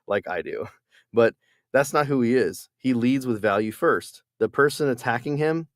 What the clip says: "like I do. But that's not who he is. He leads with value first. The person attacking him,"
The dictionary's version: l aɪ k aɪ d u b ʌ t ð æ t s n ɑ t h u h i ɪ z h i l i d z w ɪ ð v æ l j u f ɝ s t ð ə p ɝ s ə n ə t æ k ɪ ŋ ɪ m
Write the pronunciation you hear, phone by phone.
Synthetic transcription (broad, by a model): l aɪ k aɪ d u b ʌ t ð æ t s n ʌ t h u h i ɪ z h i l i d z w ɪ ð v æ l j u f ɝ s t ð ə p ɝ s ə n ə t æ k ɪ ŋ ɪ m